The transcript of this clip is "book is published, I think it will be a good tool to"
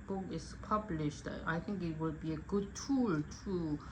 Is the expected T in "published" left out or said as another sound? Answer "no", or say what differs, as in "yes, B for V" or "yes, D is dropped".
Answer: no